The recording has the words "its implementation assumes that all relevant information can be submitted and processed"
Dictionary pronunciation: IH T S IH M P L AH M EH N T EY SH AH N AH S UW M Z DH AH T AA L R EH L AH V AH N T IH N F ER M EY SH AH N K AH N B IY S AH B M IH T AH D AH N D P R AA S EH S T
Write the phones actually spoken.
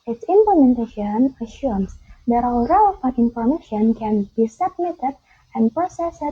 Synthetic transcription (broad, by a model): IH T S IH M P L AH M EH N T EY SH AH N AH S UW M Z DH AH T AA L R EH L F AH T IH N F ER M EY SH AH N K AH N B IY S AH B M IH T AH D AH N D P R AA S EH S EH